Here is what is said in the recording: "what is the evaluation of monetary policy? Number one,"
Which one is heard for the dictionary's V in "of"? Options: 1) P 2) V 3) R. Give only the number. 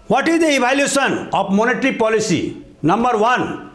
1